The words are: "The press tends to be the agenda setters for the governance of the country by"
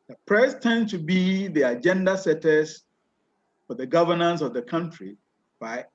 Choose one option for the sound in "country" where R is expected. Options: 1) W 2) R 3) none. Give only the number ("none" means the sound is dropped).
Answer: 2